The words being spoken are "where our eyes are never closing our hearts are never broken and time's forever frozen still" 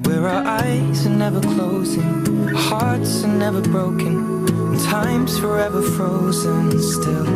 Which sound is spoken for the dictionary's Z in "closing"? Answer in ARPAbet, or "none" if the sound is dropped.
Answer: Z